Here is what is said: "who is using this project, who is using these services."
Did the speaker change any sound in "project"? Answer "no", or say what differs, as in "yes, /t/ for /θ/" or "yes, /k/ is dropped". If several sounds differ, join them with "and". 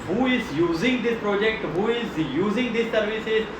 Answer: no